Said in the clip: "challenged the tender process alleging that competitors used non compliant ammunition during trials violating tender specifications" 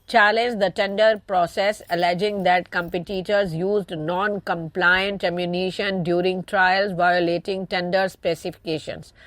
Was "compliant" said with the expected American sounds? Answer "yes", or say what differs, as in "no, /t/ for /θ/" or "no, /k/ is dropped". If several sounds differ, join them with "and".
yes